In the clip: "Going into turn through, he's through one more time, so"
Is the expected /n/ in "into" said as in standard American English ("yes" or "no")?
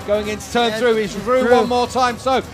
yes